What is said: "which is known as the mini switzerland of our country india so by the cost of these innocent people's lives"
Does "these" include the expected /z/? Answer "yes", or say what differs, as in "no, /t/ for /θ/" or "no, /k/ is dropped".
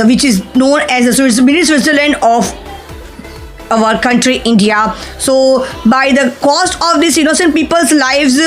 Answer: no, /s/ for /z/